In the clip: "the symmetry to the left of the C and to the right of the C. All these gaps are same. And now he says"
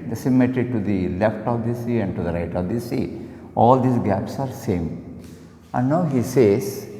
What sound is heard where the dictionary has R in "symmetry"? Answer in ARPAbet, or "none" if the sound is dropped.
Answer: none